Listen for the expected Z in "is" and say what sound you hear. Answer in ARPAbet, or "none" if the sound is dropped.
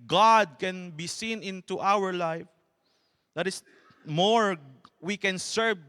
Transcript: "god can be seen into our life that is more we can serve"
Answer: S